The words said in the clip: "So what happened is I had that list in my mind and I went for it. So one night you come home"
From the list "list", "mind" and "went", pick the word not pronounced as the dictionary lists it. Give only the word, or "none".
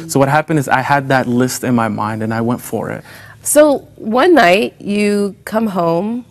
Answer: none